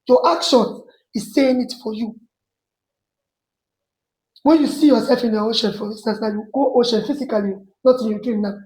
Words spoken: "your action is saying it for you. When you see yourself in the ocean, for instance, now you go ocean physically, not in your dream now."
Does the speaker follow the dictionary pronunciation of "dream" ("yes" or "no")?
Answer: no